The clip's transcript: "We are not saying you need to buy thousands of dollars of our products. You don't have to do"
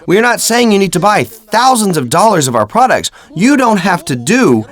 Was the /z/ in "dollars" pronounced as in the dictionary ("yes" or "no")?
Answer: yes